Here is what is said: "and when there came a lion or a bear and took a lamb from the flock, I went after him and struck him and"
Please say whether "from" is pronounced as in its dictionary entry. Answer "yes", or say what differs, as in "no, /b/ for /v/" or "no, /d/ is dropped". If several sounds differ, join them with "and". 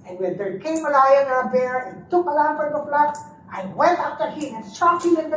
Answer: no, /p/ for /f/